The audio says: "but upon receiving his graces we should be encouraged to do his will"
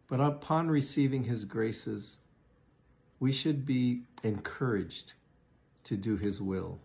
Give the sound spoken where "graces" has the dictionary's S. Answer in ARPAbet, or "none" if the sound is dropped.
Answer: S